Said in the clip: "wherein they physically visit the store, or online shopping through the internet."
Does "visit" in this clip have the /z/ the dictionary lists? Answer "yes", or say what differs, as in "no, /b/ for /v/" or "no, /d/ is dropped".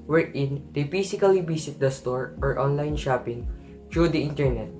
no, /s/ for /z/